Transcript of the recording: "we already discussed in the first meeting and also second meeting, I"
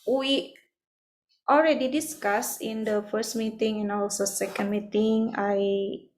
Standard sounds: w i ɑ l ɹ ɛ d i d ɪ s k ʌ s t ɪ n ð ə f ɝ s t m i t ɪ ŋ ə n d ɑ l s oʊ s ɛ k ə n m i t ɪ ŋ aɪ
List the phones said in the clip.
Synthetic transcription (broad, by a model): w i ɑ l ɹ ɛ d i d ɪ s k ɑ s ɪ n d ə f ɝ s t m i t ɪ ŋ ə n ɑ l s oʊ s ɛ k ə n m i t ɪ ŋ aɪ